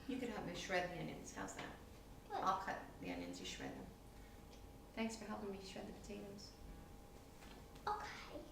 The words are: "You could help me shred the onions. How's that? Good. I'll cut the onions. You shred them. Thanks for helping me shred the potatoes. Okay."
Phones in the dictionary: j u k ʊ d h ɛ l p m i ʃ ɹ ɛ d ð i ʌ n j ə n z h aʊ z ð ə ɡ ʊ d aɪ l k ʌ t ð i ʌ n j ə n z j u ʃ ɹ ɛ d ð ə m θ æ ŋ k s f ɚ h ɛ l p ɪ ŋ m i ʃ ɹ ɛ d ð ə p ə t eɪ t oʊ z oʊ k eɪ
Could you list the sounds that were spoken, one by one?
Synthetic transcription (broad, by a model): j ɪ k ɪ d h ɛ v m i ʃ ɹ ɛ d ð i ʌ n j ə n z h aʊ z ð ə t aɪ l k ʌ t ð i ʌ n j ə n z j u ʃ ɹ ɛ d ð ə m θ æ ŋ k s f ɚ h ɛ l p ɪ ŋ m i ʃ ɹ ɛ d ð ə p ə t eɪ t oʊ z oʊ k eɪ